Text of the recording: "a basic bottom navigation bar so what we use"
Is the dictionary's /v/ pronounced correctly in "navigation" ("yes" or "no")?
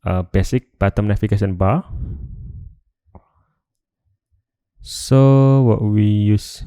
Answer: no